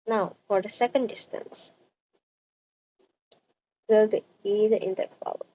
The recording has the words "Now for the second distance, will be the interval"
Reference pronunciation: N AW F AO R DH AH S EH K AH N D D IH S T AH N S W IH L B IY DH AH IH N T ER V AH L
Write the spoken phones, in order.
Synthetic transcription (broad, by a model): N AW F AO R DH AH S EH K AH N D D IH S T AH N S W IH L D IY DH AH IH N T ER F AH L